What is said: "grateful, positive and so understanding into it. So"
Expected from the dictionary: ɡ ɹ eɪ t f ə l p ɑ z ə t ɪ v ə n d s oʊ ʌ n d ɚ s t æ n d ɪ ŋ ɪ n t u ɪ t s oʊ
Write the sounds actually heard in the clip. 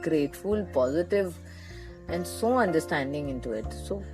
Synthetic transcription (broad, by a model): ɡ ɹ eɪ t f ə l p ɑ z ə t ɪ v ə n d s oʊ ʌ n d ɚ s t æ n d ɪ ŋ ɪ n t u ɪ t s oʊ